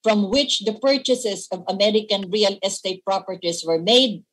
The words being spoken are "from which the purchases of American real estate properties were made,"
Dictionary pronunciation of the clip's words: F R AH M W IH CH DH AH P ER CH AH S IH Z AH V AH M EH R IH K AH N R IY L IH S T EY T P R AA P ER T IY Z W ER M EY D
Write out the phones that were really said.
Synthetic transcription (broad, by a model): F R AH M W IH CH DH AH P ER CH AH S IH S AH V AH M EH R IH K AH N R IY L IH S T EY T P R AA P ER T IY S W ER M EY D